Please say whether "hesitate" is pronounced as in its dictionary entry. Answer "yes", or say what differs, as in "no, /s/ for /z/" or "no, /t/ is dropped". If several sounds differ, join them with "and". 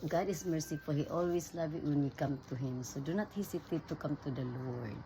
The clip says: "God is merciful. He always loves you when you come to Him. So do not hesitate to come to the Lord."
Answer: no, /s/ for /z/